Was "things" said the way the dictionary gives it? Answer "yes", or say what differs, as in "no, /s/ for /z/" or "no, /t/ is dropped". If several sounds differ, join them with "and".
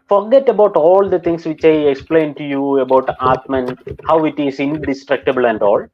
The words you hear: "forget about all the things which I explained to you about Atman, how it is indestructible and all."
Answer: no, /t/ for /θ/